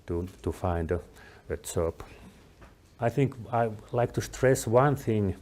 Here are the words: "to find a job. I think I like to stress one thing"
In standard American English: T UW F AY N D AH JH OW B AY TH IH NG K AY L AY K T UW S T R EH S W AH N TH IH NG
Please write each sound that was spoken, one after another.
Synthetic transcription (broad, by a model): T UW F AY N D AH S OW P AY TH IH NG K AY L AY K T UW S T R EH S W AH N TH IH NG